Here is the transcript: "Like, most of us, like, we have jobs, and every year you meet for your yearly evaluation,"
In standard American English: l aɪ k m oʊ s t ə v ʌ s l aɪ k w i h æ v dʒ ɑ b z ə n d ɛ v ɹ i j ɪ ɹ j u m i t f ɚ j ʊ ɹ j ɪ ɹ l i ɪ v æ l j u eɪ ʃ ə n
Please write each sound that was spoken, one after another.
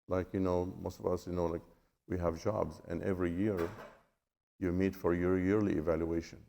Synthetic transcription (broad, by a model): l aɪ k m oʊ s t ə v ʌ s l aɪ k w i h æ v dʒ ɑ b z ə n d ɛ v ɹ i j ɪ ɹ j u m i t f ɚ j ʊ ɹ j ɪ ɹ l i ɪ v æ l j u eɪ ʃ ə n